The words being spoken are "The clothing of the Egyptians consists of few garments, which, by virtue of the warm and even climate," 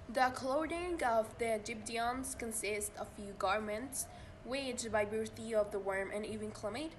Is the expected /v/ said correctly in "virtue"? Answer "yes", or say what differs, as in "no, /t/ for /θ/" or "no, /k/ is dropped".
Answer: no, /b/ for /v/